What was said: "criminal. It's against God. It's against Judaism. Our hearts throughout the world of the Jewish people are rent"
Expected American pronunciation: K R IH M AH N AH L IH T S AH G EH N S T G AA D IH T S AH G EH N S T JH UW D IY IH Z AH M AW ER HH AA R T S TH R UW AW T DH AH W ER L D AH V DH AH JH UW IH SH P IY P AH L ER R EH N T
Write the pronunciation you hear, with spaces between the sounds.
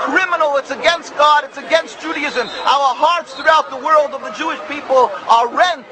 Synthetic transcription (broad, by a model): K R IH M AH N L IH T S AH G EH N S T G AA D IH T S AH G EH N S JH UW D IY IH Z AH M AW ER HH AA R T S TH R UW AW T DH AH W ER L D AH V DH AH JH UW IH SH P IY P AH L ER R EH N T